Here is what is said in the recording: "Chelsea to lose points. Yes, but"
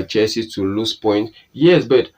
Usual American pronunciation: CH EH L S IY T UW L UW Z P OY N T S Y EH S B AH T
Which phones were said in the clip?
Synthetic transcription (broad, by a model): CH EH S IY T UW L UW S P OY N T Y EH S B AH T